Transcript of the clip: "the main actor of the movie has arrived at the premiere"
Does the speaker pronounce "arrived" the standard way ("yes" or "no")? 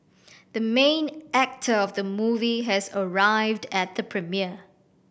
yes